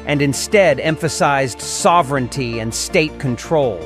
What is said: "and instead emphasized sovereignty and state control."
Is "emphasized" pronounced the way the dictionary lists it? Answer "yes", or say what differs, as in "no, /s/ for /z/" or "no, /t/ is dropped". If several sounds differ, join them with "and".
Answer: yes